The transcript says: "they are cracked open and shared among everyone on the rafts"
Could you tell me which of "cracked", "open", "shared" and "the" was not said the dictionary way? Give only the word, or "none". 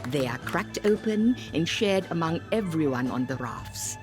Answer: none